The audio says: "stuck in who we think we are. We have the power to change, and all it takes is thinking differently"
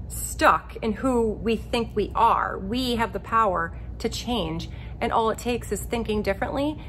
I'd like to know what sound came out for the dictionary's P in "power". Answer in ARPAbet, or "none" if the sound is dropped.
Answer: P